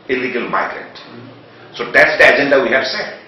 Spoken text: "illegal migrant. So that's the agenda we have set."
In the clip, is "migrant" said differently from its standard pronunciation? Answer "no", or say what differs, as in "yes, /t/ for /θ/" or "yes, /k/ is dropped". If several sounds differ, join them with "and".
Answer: yes, /n/ is dropped